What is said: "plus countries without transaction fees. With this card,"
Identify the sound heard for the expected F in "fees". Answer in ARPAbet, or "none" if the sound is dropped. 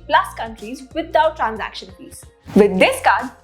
P